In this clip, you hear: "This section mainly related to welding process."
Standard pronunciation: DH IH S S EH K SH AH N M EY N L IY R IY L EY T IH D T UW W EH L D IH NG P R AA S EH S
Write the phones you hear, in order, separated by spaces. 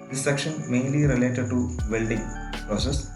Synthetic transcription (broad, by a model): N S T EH K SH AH N M EY N L IY R IY L EY T IH D T UW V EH L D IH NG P R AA S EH S